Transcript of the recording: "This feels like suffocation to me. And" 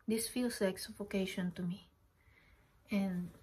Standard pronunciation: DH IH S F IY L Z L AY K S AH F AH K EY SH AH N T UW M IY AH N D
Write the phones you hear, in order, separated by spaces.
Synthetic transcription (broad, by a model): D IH S F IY L S L AY K S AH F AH K EY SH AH N T UW M IY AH N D